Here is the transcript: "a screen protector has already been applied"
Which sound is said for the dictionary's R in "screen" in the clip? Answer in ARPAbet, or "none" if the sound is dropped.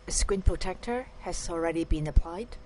W